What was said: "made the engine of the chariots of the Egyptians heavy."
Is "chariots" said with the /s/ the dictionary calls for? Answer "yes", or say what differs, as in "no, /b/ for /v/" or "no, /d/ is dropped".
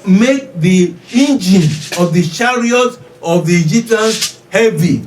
no, /s/ is dropped